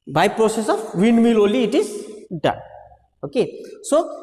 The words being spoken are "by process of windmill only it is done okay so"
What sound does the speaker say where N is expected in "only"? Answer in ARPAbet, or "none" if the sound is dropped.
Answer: none